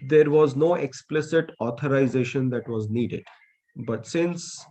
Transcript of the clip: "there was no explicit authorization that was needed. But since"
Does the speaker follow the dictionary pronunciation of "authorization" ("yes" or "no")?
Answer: no